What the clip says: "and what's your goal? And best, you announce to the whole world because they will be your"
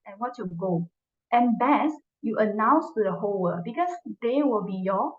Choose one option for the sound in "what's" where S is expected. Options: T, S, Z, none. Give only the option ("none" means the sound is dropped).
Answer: none